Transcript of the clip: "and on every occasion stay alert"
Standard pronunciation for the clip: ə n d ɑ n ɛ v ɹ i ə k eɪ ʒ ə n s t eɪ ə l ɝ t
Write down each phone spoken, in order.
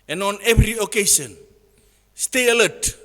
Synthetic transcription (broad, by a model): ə n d ɑ n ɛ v ɹ i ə k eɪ s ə n s t eɪ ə l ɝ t